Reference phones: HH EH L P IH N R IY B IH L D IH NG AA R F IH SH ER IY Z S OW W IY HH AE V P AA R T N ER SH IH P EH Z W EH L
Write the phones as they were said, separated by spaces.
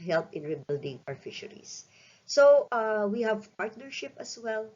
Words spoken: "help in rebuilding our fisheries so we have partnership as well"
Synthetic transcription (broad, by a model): HH EH L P IH N R IY B IH L D IH NG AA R F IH SH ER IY S OW W IY HH AE V P AA R T N ER SH IH P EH S W EH L